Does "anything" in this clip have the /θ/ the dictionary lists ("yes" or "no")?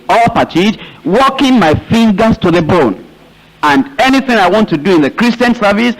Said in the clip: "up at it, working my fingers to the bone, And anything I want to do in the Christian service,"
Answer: yes